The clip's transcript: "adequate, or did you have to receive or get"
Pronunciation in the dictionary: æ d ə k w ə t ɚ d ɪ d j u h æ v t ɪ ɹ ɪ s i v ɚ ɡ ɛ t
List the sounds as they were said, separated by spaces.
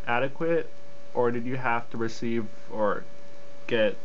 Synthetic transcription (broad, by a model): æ d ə k w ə t ɚ d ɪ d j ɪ h æ f t ɪ ɹ ɪ s i v ɚ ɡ ɛ t